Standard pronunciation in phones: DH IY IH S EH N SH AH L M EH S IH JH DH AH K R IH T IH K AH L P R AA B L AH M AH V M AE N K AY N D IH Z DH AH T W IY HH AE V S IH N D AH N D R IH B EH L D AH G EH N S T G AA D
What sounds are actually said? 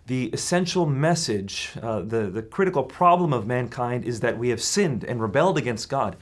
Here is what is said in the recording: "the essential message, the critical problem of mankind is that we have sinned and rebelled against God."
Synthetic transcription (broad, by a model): DH IY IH S EH N SH L M EH S IH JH DH AH K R IH T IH K L P R AA B L AH M AH V M AE N K AY N D IH Z DH AH T W IY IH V S IH N D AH N R IH B EH L D AH G EH N S T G AA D